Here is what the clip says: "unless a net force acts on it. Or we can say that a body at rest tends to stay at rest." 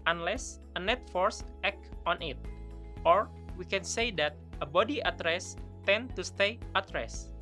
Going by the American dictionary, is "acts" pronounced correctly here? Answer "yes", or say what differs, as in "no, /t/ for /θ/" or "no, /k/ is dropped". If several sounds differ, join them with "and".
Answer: no, /s/ is dropped